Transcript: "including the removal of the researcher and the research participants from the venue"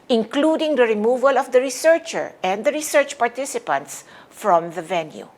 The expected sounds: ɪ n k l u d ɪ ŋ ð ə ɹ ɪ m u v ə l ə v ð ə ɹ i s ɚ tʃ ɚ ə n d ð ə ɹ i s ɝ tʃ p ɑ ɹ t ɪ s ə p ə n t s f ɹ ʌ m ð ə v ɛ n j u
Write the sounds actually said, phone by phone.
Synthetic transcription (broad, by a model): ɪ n k l u d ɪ ŋ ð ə ɹ ɪ m u v ə l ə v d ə ɹ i s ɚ tʃ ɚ ə n d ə ɹ i s ɝ tʃ p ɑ ɹ t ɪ s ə p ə n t s f ɹ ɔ m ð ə v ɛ n j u